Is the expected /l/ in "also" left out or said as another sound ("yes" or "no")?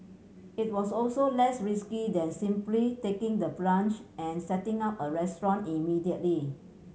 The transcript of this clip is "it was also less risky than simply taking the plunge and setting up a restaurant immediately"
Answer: no